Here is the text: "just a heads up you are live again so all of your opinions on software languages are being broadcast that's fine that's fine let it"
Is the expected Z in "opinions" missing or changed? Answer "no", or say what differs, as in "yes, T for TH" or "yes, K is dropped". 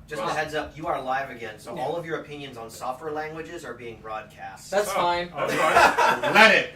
no